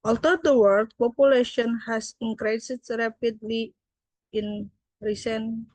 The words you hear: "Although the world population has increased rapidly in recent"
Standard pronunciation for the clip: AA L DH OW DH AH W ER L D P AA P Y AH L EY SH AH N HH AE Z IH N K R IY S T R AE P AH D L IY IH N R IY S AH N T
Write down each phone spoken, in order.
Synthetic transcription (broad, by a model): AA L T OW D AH W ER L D P AA P Y AH L EY SH AH N HH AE S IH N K R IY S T R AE P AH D L IY IH N R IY S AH N